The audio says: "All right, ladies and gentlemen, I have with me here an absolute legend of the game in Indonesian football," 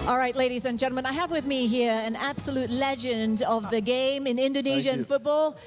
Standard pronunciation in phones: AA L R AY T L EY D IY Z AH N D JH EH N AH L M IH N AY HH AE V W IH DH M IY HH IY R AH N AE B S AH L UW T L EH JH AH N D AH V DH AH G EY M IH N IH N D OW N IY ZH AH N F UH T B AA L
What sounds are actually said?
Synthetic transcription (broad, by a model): AA L R AY T L EY D IY Z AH N JH EH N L M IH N AY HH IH V W IH DH M IY HH IY R AH N AE B S AH L UW T L EH JH AH N D AH V DH AH G EY M IH N IH N D OW N IY ZH AH N F UH T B AA L